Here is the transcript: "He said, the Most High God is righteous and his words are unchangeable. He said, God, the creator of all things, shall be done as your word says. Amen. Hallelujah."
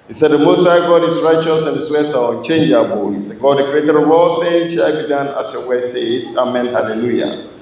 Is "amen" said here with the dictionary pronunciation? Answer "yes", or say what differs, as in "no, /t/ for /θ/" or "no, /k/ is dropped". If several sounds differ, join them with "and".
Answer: yes